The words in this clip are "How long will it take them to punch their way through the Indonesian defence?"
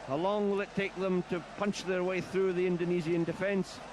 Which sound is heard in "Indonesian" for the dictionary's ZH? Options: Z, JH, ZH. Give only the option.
Z